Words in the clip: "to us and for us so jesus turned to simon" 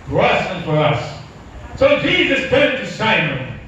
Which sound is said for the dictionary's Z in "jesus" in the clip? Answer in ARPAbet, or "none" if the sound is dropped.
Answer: Z